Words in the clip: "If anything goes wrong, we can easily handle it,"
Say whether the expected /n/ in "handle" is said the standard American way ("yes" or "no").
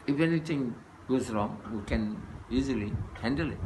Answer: yes